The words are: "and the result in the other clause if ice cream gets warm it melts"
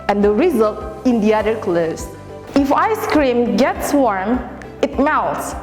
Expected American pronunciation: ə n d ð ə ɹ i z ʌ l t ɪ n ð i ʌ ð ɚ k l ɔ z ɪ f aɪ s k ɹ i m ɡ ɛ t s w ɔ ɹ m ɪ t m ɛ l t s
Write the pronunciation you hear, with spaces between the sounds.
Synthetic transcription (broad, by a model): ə n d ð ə ɹ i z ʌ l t ɪ n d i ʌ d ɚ k l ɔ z ɪ f aɪ s k ɹ i m ɡ ɛ t s w ɔ ɹ m ɪ t m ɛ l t s